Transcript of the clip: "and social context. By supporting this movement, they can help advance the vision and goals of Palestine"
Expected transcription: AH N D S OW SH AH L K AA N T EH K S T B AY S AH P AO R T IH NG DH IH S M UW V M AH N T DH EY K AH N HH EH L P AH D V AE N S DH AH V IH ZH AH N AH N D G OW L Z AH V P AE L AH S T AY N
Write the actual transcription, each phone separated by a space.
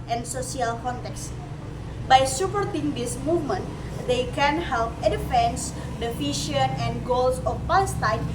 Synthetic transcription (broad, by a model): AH N S OW S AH L K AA N T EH K S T B AY S AH P AO R T IH NG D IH S M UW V M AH N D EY K AH N HH EH L P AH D F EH N S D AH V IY SH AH N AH N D G OW L S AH F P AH S T AY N